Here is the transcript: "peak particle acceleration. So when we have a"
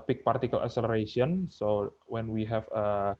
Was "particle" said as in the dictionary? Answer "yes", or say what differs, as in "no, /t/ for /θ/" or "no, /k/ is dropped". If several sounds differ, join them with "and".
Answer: yes